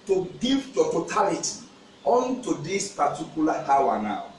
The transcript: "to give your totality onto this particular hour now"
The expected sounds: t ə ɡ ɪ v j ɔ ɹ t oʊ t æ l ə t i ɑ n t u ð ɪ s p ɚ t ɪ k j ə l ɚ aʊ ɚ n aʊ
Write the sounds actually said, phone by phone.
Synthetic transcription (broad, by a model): t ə ɡ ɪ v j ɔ t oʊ t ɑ l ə t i ɑ n t u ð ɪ s p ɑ t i k j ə l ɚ aʊ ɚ n aʊ